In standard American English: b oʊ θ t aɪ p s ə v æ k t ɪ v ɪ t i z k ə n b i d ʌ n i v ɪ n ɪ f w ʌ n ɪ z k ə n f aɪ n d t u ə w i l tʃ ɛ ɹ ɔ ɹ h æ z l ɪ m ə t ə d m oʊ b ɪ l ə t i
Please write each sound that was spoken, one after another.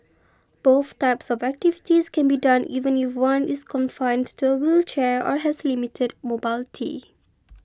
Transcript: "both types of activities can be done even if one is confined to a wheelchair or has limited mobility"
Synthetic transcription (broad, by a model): b oʊ θ t aɪ p s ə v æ k t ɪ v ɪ t i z k ə n b i d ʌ n i v ɪ n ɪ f w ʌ n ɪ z k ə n f aɪ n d t u ə w i l tʃ ɛ ɹ ɔ ɹ h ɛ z l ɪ m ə t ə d m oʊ b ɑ l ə t i